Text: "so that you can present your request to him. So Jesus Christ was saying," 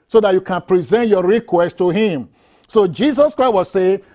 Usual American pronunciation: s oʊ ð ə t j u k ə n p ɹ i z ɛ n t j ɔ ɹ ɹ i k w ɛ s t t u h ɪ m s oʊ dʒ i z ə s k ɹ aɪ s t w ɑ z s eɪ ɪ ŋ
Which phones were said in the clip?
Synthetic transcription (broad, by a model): s oʊ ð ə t j u k ə n p ɹ i z ɛ n t j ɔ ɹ ɹ i k w ɛ s t t u h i m s oʊ dʒ i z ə s k ɹ aɪ t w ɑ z s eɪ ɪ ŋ